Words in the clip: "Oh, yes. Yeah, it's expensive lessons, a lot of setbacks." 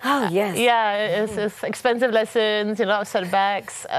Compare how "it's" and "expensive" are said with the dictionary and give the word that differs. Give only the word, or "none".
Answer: it's